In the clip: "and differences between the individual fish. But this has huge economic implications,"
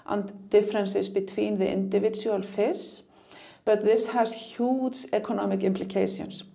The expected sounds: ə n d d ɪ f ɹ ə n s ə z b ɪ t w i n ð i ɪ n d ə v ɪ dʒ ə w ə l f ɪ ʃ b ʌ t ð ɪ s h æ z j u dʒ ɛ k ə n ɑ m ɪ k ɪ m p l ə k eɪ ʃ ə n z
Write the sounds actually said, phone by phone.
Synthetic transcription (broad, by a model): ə n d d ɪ f ɹ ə n s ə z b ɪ t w i n ð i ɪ n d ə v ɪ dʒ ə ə l f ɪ s b ʌ t ð ɪ s h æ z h u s ɛ k ə n ɑ m ɪ k ɪ m p l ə k eɪ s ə n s